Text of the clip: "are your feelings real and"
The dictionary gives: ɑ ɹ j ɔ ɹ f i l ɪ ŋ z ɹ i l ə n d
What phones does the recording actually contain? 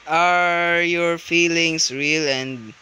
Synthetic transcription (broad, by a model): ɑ ɹ j ɔ ɹ f i l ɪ ŋ s ɹ i l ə n d